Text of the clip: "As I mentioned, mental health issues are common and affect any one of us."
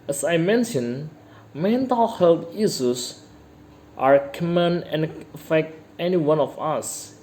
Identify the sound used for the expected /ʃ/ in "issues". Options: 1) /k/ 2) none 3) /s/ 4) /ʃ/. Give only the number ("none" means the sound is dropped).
3